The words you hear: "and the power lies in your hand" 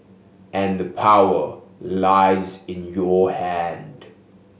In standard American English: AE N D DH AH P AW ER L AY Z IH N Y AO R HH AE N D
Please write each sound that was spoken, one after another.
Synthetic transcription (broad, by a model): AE N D DH AH P AW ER L AY Z IH N Y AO HH AE N D